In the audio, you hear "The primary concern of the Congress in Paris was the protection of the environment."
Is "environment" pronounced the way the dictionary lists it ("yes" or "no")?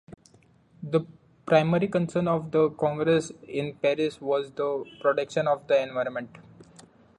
yes